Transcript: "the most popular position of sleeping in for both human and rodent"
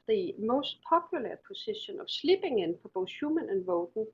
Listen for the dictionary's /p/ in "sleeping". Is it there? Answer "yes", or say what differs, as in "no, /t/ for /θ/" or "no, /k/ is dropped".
no, /b/ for /p/